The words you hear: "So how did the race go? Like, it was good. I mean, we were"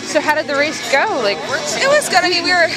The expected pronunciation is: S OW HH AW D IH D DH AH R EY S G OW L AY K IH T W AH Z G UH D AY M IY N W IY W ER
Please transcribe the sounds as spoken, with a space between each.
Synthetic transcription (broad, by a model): S OW HH AW D IH D DH AH R EY S G OW L AY K IH T W AH Z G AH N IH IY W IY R